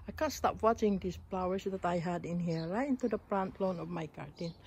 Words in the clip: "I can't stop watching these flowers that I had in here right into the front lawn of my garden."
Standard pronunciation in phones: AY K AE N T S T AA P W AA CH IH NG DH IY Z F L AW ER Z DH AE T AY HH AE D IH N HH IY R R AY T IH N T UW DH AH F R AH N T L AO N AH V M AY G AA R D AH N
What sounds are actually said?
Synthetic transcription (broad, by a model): AY K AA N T S T AA P W AA CH IH NG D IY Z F L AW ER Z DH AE T AY HH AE D IH N HH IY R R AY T IH N T UW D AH P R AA N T L AO N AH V M AY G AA R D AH N